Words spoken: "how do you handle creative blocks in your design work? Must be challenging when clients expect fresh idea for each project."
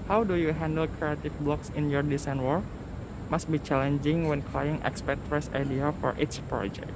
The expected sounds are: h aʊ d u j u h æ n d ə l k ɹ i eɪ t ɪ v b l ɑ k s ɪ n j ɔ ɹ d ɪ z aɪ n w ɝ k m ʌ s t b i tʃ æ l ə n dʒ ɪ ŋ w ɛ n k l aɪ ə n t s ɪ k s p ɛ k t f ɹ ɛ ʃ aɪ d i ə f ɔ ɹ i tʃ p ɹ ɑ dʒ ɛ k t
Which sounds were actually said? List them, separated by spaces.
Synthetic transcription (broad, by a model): h aʊ d u j u h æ n d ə l k ɹ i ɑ t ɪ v b l ɑ k s ɪ n j ɔ ɹ d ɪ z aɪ n w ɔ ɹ m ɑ s t b i tʃ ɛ l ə n dʒ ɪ ŋ w ɛ n k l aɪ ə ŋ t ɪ k s p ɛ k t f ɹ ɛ s aɪ d i ə f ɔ ɹ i s p ɹ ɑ dʒ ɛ k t